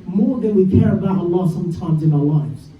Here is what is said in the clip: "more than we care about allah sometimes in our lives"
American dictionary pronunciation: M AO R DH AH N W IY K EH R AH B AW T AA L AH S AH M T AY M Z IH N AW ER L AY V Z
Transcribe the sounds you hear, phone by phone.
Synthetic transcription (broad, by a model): M AO R DH AH N W IY K EH R AH B AW T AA L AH S AH M T AY M Z IH N AW ER L AY V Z